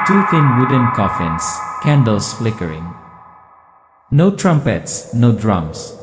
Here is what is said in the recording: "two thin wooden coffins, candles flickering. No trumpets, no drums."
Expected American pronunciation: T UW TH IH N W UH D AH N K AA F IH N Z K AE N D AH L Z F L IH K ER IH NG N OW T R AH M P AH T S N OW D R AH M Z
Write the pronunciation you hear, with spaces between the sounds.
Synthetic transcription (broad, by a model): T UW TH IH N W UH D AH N K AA F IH N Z K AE N D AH L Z F L IH K ER IH NG N OW T R AH M P AH T S N OW D R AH M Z